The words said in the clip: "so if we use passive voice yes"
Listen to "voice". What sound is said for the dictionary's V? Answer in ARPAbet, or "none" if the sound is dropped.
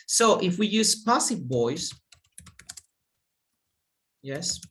B